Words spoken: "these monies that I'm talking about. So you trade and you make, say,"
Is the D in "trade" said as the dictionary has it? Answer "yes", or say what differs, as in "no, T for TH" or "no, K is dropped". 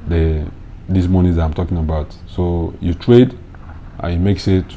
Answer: yes